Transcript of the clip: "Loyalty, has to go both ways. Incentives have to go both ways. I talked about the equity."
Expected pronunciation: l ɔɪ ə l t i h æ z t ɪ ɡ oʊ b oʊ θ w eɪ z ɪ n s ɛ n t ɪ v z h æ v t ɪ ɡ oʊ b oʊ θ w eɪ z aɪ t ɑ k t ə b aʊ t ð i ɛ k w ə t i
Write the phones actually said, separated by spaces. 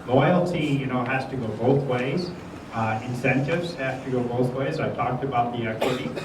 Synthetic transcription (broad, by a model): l ɔɪ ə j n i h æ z t ɪ ɡ oʊ b oʊ θ w eɪ z ɪ n s ɛ n t ɪ v z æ f t ɪ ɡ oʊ b oʊ θ w eɪ z aɪ t ɑ k t ə b aʊ t ð i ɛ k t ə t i